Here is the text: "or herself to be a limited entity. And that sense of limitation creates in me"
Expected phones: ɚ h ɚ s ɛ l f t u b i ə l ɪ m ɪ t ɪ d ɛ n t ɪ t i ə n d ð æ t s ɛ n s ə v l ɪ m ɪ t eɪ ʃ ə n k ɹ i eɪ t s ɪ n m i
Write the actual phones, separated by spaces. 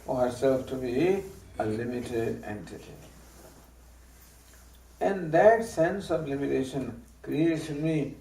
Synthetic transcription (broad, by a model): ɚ h ɚ s ɛ l f t u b i ə l ɪ m ɪ t ɪ d ɛ n t ɪ t i ə n d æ t s ɛ n s ə v l ɪ m ɪ t eɪ ʃ ə n k ɹ i eɪ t ɪ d m i